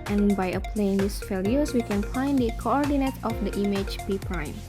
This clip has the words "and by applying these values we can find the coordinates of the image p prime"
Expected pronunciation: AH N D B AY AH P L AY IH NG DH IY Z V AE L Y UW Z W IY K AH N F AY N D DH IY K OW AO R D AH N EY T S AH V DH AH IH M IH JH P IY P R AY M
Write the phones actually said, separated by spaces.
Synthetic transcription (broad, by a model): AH N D B AY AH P L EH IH NG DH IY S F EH L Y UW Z W IY K AH N F AY N D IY K OW AO R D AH N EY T AH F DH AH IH M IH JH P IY P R AY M